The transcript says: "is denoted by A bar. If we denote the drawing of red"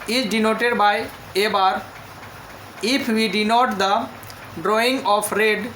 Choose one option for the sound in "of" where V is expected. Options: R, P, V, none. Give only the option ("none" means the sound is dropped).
P